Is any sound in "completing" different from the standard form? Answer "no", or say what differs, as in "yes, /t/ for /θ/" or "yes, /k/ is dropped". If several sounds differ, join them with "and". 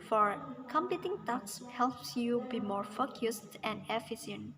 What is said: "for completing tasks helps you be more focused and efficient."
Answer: yes, /l/ is dropped